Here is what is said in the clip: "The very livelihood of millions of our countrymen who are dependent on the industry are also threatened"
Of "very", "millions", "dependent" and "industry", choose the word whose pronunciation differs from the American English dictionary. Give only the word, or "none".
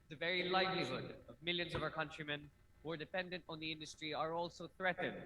none